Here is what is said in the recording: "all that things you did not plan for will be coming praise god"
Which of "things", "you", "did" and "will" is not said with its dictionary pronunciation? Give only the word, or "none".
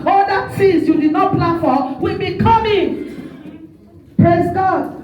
things